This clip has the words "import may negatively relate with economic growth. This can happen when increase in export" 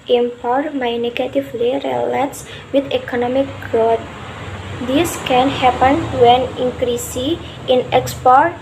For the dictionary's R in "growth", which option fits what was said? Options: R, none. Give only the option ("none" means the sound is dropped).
none